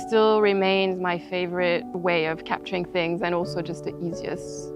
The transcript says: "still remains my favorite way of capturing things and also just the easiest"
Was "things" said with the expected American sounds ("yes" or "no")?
yes